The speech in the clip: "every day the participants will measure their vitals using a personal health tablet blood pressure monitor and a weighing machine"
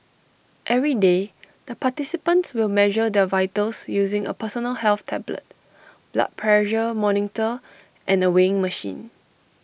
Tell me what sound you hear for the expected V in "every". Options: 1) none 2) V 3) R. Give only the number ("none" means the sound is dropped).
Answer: 2